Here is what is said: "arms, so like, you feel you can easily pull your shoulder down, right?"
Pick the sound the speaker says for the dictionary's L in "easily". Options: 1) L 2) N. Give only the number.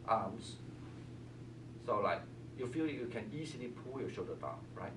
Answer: 2